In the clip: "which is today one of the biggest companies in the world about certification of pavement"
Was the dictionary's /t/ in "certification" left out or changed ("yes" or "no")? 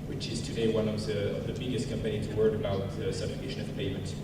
yes